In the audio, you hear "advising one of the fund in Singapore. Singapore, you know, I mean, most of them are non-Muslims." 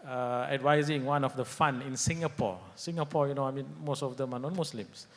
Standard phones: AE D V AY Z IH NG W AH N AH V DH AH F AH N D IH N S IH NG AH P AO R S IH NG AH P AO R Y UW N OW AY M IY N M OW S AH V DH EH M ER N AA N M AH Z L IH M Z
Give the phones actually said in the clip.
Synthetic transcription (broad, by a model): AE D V AY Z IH NG W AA N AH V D AH F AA N IH N S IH NG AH P AO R S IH NG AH P AO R Y UW N OW AY M IY N M OW S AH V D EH M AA N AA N M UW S L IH M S